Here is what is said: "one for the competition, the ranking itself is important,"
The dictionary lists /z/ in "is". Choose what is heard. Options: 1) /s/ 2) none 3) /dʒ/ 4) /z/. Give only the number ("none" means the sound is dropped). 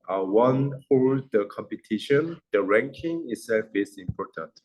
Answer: 1